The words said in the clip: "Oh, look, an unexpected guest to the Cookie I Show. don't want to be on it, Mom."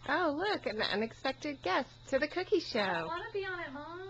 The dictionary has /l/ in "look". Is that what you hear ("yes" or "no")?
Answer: yes